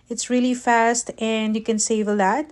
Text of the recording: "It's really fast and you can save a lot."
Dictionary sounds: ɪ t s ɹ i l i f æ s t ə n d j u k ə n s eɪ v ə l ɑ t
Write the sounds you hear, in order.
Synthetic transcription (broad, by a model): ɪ t s ɹ i l i f æ s t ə n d j u k ə n s eɪ v ə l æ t